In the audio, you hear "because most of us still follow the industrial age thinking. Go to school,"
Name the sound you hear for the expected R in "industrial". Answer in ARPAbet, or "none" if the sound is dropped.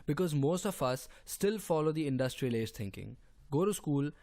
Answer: R